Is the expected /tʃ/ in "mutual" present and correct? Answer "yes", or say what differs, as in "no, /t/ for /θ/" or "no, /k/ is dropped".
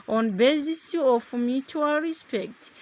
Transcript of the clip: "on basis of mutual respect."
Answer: yes